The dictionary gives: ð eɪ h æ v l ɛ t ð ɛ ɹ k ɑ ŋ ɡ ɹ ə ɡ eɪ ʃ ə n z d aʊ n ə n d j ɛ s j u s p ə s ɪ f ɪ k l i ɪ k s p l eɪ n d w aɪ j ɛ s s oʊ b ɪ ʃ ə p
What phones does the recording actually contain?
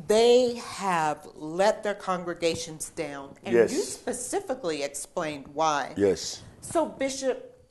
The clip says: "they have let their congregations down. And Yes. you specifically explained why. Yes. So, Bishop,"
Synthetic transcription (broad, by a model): ð eɪ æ v l ɛ t ð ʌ ɹ k ɑ ŋ ɡ ɹ ə ɡ eɪ ʃ ə n z d aʊ n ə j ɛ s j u s p ə s ɪ f ɪ k l i ɪ k s p l eɪ n d w aɪ j ɛ s s oʊ b ɪ ʃ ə p